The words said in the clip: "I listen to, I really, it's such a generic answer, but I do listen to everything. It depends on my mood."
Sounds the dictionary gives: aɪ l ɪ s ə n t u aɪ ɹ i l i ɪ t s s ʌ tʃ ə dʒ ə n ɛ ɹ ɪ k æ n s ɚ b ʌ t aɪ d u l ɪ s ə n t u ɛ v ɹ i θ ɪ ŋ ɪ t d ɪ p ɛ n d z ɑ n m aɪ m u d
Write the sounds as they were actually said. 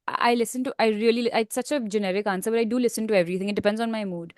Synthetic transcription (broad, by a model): aɪ l ɪ s ə n t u aɪ ɹ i l i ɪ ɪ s s ʌ tʃ ə dʒ ə n ɛ ɹ ɪ k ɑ n s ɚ b ʌ t aɪ d u l ɪ s ə n t u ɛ v ɹ i t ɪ ŋ ɪ t d ɪ p ɛ n d z ɑ n m aɪ m u d